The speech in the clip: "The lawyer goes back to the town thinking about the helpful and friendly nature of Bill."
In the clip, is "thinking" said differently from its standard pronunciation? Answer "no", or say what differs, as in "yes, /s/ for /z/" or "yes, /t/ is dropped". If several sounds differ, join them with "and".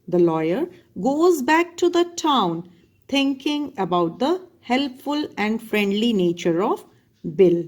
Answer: yes, /t/ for /θ/